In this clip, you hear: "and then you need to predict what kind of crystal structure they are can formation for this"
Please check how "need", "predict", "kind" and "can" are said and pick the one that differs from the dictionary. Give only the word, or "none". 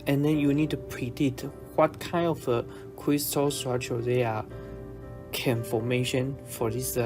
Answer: predict